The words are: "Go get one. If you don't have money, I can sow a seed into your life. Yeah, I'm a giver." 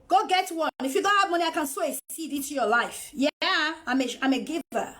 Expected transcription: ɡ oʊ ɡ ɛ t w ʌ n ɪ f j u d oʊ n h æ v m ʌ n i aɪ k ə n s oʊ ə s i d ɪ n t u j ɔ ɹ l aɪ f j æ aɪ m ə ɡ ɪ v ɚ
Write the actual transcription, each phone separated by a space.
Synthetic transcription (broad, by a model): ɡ oʊ ɡ ɛ t w ʌ n ɪ f j u d oʊ n h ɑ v m ʌ n i aɪ k ə n s oʊ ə s i d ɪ t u j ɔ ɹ l aɪ f j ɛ aɪ m ə ɡ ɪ v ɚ